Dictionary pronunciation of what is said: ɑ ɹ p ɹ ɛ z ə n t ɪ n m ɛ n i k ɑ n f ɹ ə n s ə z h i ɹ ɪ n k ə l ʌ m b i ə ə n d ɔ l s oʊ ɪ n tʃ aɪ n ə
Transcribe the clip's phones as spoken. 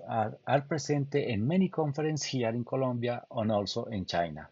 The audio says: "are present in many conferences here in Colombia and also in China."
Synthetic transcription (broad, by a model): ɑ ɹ p ɹ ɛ s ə n t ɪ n m ɛ n i k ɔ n f ɹ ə n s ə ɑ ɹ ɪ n k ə l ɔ m b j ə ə n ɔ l s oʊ ɪ n tʃ aɪ n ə